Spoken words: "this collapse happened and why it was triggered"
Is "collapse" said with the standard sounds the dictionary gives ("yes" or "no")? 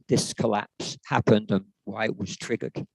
yes